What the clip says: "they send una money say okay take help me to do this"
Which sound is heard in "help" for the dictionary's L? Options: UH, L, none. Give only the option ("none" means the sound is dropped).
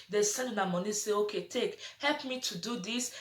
L